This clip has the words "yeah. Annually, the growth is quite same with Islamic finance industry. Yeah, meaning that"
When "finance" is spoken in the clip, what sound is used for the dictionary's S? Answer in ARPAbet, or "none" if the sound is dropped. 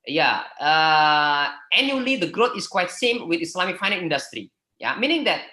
none